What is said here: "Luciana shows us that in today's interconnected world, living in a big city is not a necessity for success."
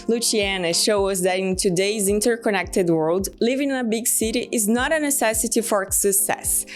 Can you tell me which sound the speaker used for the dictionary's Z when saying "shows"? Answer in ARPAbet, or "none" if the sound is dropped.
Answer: none